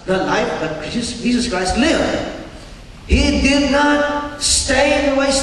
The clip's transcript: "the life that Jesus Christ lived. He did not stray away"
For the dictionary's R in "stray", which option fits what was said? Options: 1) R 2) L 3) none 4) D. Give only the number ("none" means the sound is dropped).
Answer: 3